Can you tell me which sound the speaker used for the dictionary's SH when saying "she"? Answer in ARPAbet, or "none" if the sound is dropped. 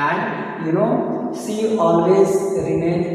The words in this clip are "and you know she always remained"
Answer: S